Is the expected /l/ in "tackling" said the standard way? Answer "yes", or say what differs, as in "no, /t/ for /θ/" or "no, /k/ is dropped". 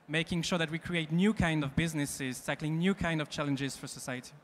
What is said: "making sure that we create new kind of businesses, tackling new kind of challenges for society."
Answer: yes